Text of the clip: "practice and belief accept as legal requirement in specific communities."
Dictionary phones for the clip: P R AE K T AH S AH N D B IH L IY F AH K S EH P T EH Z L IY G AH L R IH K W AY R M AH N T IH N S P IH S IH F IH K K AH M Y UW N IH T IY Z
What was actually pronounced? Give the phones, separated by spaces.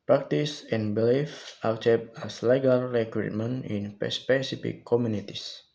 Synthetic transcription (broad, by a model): P R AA K T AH S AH N B IH L IY F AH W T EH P AA S L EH G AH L R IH K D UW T M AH N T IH N S P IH S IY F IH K K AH M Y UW N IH T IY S